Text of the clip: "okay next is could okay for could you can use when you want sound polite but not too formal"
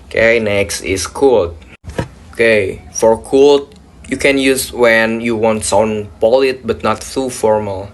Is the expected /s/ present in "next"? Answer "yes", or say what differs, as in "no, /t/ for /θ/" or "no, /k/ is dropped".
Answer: yes